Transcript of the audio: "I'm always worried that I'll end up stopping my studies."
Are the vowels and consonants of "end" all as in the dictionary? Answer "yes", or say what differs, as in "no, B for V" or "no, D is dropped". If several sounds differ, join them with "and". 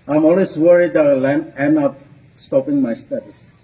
no, D is dropped